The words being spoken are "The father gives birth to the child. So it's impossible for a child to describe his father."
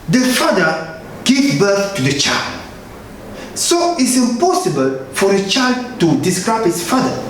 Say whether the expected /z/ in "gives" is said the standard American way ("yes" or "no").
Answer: no